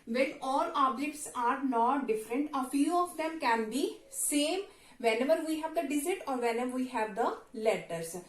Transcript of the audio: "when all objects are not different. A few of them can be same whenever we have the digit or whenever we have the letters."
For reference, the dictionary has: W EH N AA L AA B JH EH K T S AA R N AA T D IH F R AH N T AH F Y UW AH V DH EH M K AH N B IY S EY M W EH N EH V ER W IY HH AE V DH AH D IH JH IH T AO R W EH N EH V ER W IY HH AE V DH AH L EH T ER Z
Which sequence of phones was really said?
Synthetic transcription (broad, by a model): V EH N AA L AA B JH EH K T S AA R N AA T D IH F R AH N T AH F Y UW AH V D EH M K AH N B IY S EY M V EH N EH V ER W IY HH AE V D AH D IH Z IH T AO R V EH N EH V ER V IY HH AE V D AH L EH T ER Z